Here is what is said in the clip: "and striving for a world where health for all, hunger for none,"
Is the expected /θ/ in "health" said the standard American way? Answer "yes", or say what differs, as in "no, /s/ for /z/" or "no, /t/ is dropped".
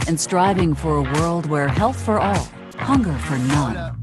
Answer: yes